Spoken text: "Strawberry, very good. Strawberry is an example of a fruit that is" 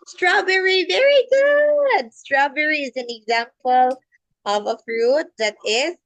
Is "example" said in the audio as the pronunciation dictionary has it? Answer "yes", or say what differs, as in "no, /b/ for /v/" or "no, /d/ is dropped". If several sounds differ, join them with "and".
yes